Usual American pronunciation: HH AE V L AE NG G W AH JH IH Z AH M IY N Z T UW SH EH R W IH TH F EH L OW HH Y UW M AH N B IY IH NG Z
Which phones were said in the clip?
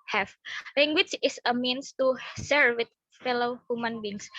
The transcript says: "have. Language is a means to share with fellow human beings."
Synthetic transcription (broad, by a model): HH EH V L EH NG G W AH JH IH S AH M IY N S T UW S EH R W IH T F EH L OW HH Y UW M AH N B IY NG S